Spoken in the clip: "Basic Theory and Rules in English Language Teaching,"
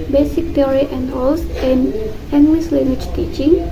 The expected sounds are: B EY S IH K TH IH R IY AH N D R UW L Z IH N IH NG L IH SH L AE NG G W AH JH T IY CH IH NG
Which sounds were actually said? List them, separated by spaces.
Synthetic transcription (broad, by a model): B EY S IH K T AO R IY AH N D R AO L S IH N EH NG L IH S L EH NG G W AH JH T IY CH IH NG